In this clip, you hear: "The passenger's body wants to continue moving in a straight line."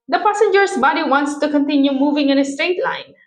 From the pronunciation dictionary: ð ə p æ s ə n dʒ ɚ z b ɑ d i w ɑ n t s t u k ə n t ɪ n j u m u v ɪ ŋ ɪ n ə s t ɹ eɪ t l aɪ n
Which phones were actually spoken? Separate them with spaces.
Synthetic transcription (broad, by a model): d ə p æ s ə n dʒ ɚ s b ɑ d i w ɑ n t s t u k ə n t ɪ n j u m u v ɪ ŋ ɪ n ə s t ɹ eɪ t l aɪ n